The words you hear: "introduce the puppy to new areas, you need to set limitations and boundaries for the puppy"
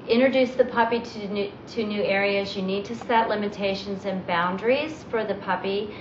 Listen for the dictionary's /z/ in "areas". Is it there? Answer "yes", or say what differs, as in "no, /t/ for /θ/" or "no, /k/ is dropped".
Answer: yes